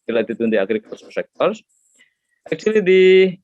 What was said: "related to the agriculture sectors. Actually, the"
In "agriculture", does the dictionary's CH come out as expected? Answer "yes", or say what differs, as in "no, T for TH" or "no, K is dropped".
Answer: no, S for CH